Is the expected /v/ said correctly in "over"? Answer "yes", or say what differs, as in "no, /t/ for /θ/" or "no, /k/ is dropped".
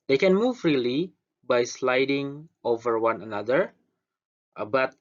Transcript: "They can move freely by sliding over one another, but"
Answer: yes